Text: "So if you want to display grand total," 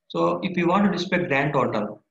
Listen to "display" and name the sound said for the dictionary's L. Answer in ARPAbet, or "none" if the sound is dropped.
none